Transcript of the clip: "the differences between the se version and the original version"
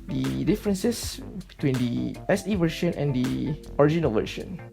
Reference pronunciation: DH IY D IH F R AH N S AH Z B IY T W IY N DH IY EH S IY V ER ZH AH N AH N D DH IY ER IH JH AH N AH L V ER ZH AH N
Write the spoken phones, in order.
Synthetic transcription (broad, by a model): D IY D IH F R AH N S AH S B IY T W IY N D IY EH S IY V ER SH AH N AH N D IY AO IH JH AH N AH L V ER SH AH N